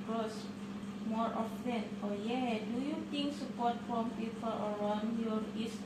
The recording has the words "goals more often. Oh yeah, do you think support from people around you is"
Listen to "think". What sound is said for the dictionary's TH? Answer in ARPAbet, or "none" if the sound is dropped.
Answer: T